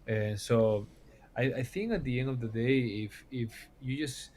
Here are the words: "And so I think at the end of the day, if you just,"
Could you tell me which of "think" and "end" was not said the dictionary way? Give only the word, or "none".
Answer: none